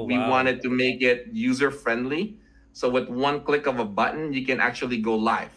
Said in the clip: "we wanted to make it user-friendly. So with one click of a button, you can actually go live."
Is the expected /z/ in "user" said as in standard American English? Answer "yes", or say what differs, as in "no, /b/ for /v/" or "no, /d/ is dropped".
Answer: yes